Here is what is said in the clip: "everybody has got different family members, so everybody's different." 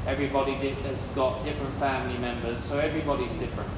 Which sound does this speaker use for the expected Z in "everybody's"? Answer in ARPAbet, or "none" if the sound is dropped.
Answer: Z